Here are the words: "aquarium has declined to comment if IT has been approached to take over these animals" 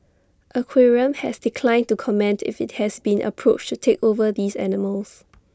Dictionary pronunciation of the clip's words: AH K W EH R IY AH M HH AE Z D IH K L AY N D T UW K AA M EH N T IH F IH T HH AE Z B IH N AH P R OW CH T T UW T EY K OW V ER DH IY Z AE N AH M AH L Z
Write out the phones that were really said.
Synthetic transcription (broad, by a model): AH K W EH R IY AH M HH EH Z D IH K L AY N T UW K AA M EH N T IH F IH T HH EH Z B IH N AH P R OW CH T T UW T EY K OW V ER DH IY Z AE N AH M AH L S